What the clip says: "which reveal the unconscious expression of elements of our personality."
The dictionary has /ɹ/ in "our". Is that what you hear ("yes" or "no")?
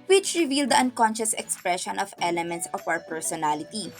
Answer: no